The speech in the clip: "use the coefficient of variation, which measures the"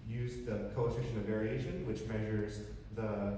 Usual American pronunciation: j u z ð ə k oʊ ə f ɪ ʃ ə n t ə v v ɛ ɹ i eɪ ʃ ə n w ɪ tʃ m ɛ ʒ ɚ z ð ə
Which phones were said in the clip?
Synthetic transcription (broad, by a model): j u z ð ə k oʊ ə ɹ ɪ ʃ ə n ə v v ɛ ɹ i eɪ ʃ ə n w ɪ tʃ m ɛ ʒ ɚ z ð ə